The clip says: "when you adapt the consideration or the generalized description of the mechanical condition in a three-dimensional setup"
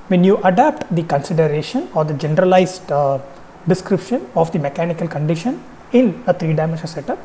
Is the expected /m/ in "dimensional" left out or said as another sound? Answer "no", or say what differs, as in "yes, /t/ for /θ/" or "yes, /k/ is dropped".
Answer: yes, /m/ is dropped